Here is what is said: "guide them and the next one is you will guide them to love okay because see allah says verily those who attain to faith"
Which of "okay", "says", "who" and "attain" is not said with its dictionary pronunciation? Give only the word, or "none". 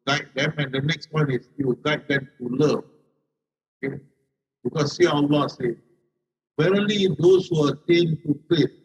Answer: says